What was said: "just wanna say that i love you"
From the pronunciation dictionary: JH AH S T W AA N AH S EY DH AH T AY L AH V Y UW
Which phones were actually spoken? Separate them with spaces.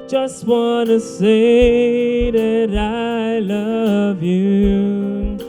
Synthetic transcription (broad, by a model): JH AH S T W AA N AH S EY DH AH T AY L AH V Y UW